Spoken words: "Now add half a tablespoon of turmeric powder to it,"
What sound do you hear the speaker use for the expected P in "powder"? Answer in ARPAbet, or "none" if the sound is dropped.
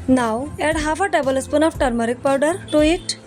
P